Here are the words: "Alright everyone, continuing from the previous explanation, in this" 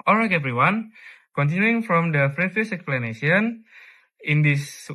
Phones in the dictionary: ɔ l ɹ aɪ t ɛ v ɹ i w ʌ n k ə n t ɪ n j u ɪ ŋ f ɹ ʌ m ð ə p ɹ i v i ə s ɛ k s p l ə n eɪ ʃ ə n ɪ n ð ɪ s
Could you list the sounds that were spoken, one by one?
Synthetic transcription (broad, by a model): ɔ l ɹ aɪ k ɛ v ɹ i w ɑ n k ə n t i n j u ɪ ŋ f ɹ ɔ m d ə f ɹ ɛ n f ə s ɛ k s p l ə n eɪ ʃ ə n ɪ n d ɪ s